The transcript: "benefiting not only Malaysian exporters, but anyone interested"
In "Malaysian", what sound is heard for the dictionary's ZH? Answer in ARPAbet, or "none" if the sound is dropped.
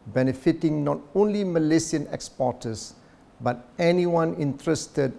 S